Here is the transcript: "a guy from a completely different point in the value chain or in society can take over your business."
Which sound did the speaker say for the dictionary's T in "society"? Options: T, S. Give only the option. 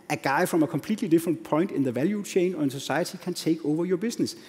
S